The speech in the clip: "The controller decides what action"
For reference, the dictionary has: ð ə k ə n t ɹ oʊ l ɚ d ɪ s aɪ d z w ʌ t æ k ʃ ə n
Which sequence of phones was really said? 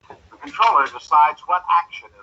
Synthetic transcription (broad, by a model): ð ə k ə n t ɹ oʊ l ɚ d ɪ s aɪ d z w ʌ t æ k ʃ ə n